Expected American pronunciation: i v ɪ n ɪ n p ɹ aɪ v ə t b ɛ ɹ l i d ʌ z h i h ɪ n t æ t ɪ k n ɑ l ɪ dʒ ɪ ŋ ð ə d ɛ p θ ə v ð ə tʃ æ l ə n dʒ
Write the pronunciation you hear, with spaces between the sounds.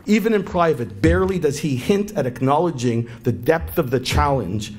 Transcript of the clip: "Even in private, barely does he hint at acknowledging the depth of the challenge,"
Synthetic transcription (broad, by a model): i v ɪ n ɪ n p ɹ aɪ v ə t b ɛ ɹ l i d ʌ z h i h ɪ n t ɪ t ɪ k n ɑ l ɪ dʒ ɪ ŋ ð ə d ɛ p θ ə v ð ə tʃ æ l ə n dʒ